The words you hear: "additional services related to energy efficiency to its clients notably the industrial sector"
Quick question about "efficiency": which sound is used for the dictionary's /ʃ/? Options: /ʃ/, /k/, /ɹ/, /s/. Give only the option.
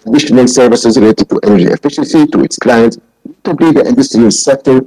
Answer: /ʃ/